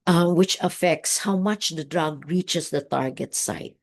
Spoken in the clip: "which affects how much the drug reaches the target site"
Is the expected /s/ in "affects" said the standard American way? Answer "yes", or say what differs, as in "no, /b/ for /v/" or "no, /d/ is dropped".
yes